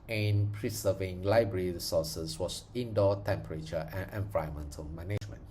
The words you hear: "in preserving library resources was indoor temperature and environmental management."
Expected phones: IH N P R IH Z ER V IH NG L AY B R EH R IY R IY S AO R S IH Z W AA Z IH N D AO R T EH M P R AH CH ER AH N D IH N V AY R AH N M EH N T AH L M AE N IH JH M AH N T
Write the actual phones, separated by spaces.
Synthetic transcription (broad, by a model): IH N P R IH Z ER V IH NG L AY B R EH R IY R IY S AO S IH S W AA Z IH N D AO T EH M P R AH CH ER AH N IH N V AY AH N M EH N T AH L M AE N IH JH M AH N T